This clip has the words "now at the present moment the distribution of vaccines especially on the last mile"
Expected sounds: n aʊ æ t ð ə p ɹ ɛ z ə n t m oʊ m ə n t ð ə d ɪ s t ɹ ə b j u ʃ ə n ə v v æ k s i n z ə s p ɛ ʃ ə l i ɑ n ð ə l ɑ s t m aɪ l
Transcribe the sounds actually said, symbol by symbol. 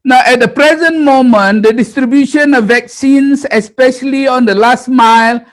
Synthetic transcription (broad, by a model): n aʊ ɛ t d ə p ɹ ɛ z ə n t m oʊ m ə n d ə d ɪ s t ɹ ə b j u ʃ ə n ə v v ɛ k s i n s ə s p ɛ ʃ ə l i ɑ n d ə l ɑ s t m aɪ l